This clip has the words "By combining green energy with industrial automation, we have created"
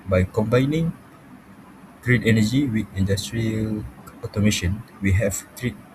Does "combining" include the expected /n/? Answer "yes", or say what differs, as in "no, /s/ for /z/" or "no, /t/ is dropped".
yes